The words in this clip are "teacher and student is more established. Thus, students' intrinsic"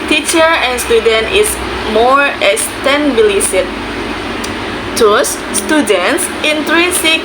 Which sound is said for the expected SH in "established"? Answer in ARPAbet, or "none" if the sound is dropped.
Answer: S